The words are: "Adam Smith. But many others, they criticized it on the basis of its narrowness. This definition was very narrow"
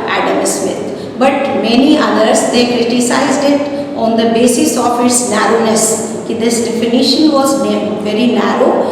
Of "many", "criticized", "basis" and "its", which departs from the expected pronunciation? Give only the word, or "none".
none